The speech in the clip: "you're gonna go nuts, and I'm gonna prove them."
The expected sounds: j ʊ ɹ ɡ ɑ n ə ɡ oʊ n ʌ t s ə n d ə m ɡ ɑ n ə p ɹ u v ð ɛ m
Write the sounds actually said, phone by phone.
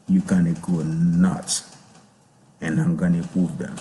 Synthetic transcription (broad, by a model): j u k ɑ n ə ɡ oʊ n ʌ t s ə n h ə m ɡ ɑ n ə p u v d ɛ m